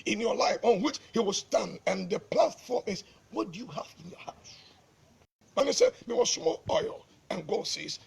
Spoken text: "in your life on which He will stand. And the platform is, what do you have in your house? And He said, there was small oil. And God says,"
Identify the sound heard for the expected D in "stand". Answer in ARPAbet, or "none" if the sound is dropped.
D